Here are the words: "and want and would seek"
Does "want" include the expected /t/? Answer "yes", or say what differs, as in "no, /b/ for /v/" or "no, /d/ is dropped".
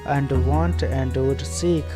yes